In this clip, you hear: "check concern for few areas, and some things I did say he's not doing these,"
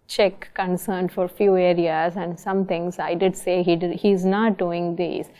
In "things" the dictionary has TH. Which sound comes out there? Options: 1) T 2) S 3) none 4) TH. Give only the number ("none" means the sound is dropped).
1